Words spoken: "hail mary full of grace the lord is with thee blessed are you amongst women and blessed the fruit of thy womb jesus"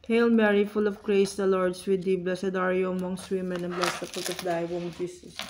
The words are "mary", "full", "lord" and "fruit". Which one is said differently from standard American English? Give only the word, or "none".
fruit